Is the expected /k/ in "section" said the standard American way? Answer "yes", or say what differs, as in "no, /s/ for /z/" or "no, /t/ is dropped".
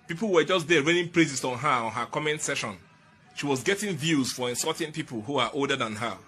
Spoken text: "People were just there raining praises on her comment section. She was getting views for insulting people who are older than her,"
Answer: no, /k/ is dropped